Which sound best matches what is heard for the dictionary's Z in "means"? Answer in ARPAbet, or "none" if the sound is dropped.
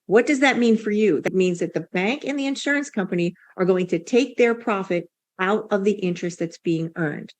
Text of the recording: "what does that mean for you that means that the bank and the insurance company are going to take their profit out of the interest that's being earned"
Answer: Z